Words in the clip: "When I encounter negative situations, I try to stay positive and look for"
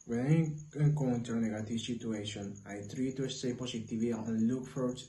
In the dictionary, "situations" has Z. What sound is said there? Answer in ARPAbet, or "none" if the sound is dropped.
none